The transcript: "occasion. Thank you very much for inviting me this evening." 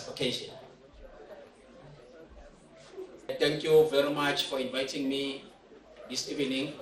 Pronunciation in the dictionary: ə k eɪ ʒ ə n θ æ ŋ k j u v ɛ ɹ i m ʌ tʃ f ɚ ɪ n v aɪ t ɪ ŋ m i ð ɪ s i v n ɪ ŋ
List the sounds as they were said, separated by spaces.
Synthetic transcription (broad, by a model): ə k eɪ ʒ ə n t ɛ ŋ k j u v ɛ ɹ i m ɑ tʃ f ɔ ɪ n v aɪ t ɪ ŋ m i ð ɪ s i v n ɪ ŋ